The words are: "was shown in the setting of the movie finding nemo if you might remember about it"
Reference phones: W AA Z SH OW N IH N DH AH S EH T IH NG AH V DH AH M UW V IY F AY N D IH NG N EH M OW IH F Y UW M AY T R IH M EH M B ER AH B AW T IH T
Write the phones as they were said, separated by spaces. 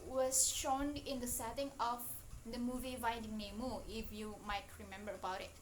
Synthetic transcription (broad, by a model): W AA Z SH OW N IH N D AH S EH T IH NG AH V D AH M UW V IY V AY D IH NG N EH M OW IH F Y UW M AY T R IH M EH M B ER AH B AW T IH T